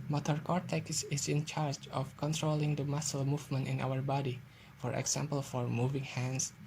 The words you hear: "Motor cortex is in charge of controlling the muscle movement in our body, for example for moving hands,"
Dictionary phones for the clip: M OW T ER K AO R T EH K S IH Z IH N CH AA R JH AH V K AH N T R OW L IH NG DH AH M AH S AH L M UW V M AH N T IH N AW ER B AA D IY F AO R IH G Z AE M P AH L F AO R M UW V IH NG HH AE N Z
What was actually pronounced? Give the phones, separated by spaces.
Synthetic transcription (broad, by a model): M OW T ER K AO R T EH K S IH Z IH N CH AA R JH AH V K AH N T R OW L IH NG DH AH M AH S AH L M UW V M AH N T IH N AW ER B AA D IY F AO R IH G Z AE M P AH L F AO R M UW V IH NG HH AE N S